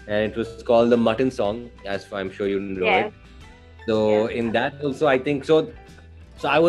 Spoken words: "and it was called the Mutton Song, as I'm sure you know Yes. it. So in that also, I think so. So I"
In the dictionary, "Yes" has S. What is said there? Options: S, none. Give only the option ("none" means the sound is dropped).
none